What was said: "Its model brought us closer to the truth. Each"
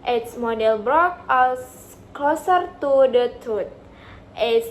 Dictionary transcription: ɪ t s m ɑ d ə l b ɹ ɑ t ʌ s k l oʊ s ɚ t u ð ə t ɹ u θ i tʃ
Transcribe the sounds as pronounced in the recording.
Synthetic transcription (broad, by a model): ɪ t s m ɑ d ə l b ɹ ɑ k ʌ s k l oʊ s ɚ t u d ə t u t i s